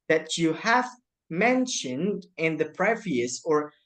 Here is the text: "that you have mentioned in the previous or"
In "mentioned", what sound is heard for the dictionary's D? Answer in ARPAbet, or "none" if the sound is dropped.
D